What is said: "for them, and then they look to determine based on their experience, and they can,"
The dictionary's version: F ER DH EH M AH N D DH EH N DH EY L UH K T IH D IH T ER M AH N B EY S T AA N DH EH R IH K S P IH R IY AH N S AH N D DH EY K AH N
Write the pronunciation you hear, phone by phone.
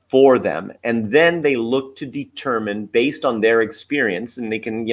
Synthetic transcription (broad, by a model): F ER DH EH M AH N DH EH N DH EY L UH K T IH D IH T ER M AH N B EY S T N DH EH R IH K S P IH R IY AH N S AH N DH EY K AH N